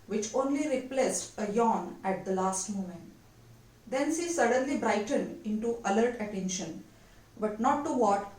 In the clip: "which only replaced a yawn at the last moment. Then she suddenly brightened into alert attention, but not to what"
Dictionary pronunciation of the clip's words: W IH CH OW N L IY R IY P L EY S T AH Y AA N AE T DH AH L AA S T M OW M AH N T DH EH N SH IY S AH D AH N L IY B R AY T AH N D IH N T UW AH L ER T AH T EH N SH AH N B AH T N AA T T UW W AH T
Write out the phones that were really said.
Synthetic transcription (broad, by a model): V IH CH OW N L IY R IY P L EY S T AH Y AA N AE T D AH L AA S T M OW M AH N T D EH N S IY S AH D AH N L IY B R AY T AH N D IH N T UW AH L ER T AH T EH N SH AH N B AH T N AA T T UW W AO T